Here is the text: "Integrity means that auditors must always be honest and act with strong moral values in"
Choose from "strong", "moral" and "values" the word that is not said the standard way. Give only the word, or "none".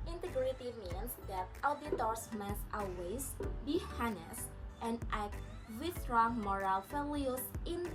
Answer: values